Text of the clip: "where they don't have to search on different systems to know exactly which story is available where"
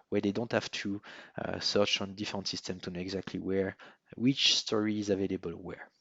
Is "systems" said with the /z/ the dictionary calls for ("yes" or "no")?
no